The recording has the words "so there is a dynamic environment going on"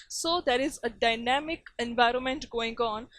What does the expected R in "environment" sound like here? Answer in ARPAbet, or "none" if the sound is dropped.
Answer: R